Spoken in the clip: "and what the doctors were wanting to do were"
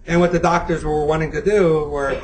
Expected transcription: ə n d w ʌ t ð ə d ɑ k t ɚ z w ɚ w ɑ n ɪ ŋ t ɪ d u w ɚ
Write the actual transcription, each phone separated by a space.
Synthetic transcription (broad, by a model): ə n w ʌ t ð ə d ɑ k t ɚ z w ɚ w ɑ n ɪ ŋ t ɪ d u w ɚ